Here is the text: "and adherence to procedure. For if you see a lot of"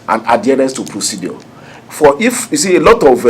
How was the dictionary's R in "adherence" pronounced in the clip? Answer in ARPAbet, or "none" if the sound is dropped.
none